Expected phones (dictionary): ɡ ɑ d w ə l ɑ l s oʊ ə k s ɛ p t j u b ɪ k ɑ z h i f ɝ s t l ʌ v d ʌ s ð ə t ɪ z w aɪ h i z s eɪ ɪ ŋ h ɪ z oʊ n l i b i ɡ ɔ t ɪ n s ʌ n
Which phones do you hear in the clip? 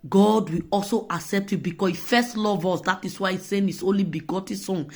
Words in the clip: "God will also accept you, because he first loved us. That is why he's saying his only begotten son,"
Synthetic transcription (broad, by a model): ɡ ɑ d w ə ɑ l s oʊ ə k s ɛ p t j u b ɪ k ɑ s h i f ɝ s t l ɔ v ɔ s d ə t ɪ s w aɪ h i s eɪ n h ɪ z oʊ n l i b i ɡ ɔ t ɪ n s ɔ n